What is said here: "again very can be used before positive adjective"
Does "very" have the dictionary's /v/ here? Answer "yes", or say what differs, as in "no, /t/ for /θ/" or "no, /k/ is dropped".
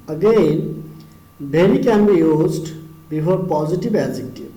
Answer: no, /b/ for /v/